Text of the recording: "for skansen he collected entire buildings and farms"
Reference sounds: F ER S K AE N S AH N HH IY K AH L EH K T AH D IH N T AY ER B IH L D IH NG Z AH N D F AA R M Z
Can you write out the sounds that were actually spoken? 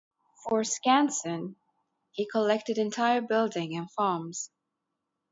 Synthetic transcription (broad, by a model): F ER S K AE N S AH N HH IY K AH L EH K T AH D IH N T AY ER B IH L D IH NG AH N F AA R M Z